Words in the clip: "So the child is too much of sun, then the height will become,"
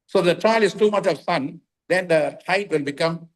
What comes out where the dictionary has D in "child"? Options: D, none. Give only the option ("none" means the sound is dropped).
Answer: none